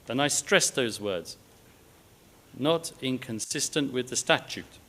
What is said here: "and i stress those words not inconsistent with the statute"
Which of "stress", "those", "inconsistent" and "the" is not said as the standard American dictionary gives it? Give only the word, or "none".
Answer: none